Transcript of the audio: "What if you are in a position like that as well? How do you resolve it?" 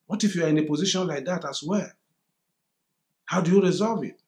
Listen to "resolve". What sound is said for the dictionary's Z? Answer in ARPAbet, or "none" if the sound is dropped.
Z